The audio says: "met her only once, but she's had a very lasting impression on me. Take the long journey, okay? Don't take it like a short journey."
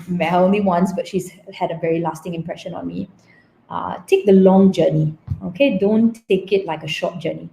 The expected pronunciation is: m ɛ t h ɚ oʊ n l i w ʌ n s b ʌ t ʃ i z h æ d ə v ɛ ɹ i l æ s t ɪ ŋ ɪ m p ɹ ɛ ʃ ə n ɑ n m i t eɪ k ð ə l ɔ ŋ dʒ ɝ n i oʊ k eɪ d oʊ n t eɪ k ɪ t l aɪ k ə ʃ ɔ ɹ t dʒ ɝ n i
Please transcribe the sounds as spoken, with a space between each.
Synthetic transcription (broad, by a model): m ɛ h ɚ oʊ n l i w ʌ n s b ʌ t ʃ i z h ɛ d ə v ɛ ɹ i l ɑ s t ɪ ŋ ɪ m p ɹ ɛ ʃ ə n ɑ n m i t eɪ k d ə l ɔ ŋ dʒ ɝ n i oʊ k eɪ d oʊ n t eɪ k ɪ t l aɪ k ə ʃ ɔ t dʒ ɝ n i